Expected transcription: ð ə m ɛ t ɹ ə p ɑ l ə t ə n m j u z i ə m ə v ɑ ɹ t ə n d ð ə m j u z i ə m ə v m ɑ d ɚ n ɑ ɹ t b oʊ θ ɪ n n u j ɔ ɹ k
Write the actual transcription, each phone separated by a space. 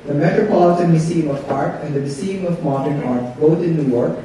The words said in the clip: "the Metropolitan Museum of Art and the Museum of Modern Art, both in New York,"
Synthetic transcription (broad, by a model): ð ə m ɛ t ɹ ə p ɑ l ə t ə n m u s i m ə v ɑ ɹ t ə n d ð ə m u s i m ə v m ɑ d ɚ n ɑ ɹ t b oʊ t ɪ n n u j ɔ ɹ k